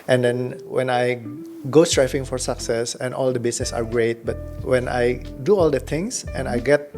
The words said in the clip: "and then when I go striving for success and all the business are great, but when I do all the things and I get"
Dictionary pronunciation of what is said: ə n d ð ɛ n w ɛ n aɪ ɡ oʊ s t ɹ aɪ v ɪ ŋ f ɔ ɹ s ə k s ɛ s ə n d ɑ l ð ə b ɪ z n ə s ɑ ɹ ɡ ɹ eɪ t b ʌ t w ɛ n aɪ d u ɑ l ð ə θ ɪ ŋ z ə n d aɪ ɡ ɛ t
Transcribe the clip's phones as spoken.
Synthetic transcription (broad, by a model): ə n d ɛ n w ɛ n aɪ ɡ oʊ s t ɹ aɪ f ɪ ŋ f ɔ ɹ s ə k s ɛ s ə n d ɑ l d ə b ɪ s n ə s ɑ ɹ ɡ ɹ eɪ t b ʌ t w ɛ n aɪ d u ɑ l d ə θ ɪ ŋ s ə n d aɪ ɡ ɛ t